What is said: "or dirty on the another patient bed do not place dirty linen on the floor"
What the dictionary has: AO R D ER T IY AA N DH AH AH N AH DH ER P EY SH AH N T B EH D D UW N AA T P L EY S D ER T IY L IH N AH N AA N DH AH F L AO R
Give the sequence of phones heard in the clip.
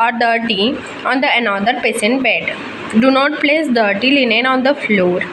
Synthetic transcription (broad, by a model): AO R D ER T IY AA N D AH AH N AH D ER P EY S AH N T B EH D D UW N AA T P L EY S D ER T IY L IH N AH N AA N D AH F L AO R